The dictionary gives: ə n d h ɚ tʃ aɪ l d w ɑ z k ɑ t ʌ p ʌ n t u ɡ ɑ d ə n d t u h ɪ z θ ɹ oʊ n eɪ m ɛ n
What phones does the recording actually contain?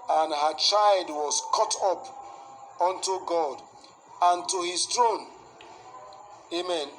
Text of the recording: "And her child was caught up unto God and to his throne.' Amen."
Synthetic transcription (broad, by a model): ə n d h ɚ tʃ aɪ l d w ɑ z k ɑ t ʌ p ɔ n t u ɡ ɑ d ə n t u h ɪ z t ɹ oʊ n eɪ m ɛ n